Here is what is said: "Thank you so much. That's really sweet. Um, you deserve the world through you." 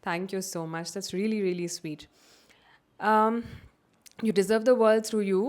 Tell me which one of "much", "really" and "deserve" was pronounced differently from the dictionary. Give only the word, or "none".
none